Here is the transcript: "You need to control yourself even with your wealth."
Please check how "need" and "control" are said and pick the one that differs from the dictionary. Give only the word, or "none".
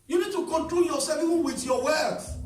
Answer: none